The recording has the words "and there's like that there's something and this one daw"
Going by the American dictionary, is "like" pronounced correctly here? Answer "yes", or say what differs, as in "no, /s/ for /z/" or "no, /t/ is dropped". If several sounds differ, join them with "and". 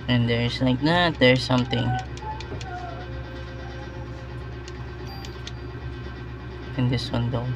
yes